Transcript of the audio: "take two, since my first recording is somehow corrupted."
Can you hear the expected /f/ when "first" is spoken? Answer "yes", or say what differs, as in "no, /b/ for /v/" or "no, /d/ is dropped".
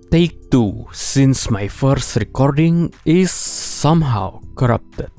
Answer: yes